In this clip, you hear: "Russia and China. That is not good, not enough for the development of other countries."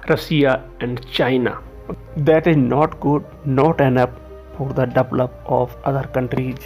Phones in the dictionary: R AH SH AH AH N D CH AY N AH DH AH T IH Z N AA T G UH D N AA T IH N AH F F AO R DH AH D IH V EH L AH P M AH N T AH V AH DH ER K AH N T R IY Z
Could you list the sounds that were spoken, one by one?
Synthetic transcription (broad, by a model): R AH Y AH AH N D CH AY N AH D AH T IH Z N AA T G UH D N AA T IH N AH P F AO R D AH D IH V L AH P AH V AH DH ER K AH N T R IY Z